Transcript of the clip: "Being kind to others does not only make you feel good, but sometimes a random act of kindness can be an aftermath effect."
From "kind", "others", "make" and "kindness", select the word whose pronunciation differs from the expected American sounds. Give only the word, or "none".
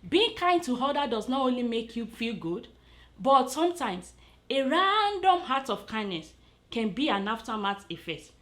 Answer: others